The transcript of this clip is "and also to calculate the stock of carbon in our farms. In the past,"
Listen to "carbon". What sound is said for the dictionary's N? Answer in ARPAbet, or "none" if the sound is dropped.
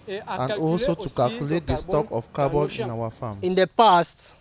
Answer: L